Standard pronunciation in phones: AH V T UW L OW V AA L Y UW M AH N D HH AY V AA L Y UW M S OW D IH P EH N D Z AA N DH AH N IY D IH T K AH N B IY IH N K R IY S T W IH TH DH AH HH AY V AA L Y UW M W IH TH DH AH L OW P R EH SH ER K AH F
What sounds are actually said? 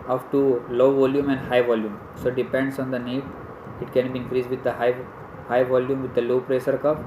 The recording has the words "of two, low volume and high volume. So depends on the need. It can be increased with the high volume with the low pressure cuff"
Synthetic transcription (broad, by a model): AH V T UW L OW V AA L Y UW M AH N D HH AY V AA L Y UW M S OW D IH P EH N D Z AA N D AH N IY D IH T K AH N B IY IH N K R IY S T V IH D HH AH HH AY V AA L Y UW M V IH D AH L OW P R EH S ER K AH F